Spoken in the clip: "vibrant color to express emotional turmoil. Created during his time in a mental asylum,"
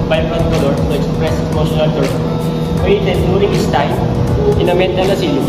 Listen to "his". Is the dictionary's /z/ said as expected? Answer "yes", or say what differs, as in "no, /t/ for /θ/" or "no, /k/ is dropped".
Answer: no, /s/ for /z/